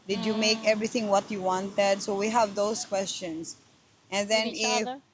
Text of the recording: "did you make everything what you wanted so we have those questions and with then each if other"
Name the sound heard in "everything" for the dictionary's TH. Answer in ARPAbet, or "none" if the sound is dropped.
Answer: T